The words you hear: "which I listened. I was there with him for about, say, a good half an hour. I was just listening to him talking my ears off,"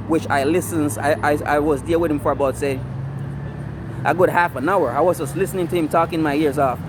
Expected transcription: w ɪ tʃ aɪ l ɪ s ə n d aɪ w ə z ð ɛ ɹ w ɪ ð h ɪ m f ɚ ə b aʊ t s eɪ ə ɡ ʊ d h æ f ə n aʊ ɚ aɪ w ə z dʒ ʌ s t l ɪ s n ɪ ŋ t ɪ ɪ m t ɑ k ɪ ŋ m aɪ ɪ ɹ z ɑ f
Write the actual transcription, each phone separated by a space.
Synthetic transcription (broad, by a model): w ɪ tʃ aɪ l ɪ s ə n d aɪ w ə z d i l w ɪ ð h ɪ m f ɚ ə b aʊ t s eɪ ə ɡ ʊ d h æ f ə n aʊ ɚ aɪ w ə z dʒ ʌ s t l ɪ s n ɪ ŋ t ɪ ɪ m t ɑ k ɪ ŋ m aɪ ɪ ɹ z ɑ f